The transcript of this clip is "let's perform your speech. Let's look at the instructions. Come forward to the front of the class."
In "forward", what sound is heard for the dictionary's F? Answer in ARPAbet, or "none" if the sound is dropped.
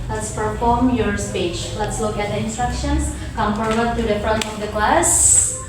P